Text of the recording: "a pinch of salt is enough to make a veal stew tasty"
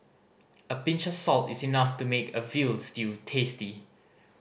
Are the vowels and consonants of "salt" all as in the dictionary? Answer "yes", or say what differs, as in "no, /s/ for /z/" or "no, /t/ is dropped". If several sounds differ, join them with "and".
yes